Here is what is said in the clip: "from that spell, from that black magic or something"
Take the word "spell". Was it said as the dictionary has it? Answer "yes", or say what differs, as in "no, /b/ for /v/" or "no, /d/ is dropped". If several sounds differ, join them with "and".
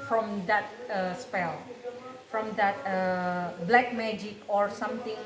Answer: yes